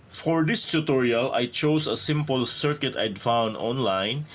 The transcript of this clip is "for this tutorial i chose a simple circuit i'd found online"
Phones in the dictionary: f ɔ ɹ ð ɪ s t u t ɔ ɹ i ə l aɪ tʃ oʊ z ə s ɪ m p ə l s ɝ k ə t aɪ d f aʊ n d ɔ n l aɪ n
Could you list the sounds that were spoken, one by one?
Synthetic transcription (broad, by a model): f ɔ ɹ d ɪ s t u t ɔ ɹ i ə l aɪ tʃ oʊ s ə s ɪ m p ə l s ɝ k ə t aɪ d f aʊ n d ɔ n l aɪ n